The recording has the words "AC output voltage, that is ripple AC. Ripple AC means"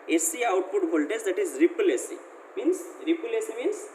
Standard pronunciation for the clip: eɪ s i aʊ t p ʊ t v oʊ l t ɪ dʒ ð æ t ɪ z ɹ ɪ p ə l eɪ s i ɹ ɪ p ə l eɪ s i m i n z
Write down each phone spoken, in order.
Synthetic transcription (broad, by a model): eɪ s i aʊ t p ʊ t b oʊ l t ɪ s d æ t ɪ z ɹ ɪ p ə l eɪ s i ɹ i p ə l eɪ s i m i n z